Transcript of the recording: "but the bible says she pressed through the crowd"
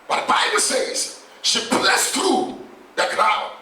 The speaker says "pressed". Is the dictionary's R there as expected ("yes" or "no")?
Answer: no